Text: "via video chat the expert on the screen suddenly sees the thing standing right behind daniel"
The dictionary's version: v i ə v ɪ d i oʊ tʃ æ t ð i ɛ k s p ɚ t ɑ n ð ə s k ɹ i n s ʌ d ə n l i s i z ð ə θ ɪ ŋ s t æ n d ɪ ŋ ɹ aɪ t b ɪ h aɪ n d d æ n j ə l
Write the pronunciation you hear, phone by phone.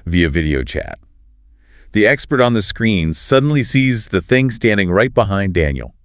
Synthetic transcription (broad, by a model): v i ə v ɪ d i oʊ tʃ æ t ð i ɛ k s p ɚ t n ð ə s k ɹ i n s ʌ d n l i s i z ð ə θ ɪ ŋ s t æ n d ɪ ŋ ɹ aɪ t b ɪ h aɪ n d d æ n j l